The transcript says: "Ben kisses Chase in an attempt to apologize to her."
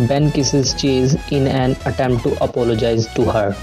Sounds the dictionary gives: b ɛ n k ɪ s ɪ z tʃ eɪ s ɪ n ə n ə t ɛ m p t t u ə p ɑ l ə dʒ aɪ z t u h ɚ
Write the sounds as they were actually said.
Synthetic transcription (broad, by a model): b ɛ n k ɪ s ɪ z tʃ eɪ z ɪ n ə n ə t ɛ m p t t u ə p ɑ l ə dʒ aɪ z t u h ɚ